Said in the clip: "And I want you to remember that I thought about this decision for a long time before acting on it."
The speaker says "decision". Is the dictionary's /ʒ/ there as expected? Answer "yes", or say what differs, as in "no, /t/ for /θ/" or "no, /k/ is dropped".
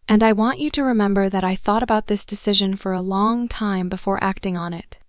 yes